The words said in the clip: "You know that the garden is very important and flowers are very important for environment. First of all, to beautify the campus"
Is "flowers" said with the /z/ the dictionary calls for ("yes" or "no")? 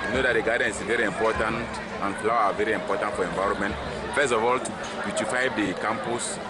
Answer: no